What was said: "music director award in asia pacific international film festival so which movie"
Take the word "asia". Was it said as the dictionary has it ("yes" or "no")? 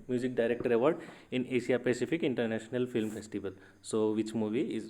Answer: no